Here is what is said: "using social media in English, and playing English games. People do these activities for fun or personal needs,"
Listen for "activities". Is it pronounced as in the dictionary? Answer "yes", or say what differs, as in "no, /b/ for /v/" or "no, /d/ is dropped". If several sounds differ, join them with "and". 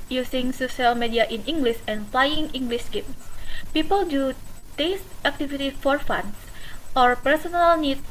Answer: no, /z/ is dropped